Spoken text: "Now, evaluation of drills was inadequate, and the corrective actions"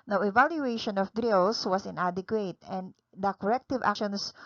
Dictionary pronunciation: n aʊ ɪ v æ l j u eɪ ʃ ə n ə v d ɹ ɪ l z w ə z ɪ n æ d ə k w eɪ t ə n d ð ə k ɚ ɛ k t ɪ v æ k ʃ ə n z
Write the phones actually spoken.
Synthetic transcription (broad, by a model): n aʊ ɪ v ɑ l j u eɪ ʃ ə n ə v d ɹ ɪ l s w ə s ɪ n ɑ d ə k w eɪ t ə n d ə k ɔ ɛ k t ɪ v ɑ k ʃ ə n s